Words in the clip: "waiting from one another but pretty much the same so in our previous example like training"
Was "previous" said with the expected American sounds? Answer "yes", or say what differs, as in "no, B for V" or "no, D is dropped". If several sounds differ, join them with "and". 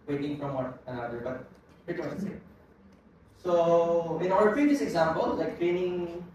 no, F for V